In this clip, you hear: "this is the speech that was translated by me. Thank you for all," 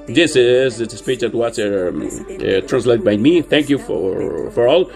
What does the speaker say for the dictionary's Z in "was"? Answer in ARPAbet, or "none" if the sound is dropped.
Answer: S